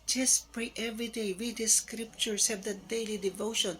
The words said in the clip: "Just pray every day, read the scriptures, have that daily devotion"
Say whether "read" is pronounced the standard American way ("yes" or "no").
no